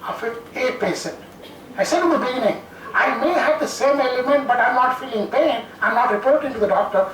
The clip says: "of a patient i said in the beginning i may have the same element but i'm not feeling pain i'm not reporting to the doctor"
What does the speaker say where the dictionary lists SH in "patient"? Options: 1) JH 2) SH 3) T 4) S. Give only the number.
4